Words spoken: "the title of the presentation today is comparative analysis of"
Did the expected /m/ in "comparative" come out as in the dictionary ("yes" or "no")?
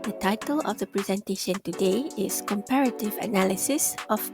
yes